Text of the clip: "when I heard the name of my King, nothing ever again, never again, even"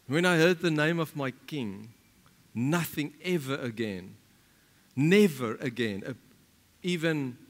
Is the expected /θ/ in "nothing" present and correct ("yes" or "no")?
yes